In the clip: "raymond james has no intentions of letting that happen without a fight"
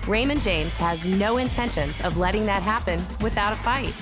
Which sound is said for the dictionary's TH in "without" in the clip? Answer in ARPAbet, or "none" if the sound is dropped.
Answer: TH